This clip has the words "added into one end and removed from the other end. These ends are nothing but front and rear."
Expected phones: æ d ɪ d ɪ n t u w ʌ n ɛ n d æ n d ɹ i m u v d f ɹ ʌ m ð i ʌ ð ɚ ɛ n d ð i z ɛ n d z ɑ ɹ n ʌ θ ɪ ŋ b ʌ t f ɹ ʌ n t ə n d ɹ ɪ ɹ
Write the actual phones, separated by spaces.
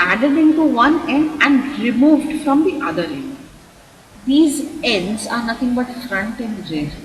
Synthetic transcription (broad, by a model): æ d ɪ d ɪ n t u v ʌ n ɛ n d æ n d ɹ i m u v d f ɹ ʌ m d i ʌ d ɚ ɛ n d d i z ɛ n d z ɑ ɹ n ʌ t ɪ ŋ b ʌ t f ɹ ʌ n t ə n d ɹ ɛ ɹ